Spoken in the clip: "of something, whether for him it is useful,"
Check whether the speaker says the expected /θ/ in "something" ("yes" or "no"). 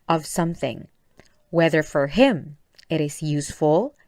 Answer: yes